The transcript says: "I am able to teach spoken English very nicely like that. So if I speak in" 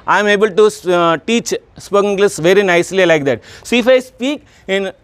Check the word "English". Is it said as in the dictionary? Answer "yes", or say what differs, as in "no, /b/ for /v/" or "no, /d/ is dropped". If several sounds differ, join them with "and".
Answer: no, /s/ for /ʃ/